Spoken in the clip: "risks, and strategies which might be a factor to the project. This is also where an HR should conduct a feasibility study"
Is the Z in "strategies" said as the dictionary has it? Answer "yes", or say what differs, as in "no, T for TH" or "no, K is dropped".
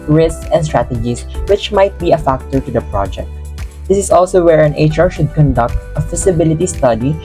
no, S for Z